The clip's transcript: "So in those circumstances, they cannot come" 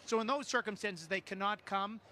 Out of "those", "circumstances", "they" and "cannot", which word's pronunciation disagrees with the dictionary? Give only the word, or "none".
none